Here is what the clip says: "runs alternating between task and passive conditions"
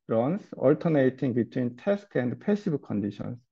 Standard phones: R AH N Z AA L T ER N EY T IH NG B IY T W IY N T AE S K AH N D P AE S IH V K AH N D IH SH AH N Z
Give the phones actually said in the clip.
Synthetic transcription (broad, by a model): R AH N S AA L T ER N EY T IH NG B IY T W IY N T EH S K AH N D P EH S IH B K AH N D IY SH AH N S